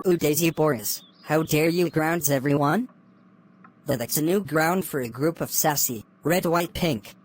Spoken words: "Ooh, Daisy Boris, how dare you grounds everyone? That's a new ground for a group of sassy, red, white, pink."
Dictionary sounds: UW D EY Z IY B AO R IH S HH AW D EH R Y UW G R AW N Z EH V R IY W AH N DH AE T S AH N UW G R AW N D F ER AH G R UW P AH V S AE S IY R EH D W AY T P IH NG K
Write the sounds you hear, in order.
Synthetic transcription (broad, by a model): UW D EY Z IY B AO R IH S HH AW D EH R Y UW G R AW N Z EH V R IY W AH N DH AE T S AH N UW G R AW N D F ER AH G R UW P AH V S AE S IY R EH D W AY T P IH NG K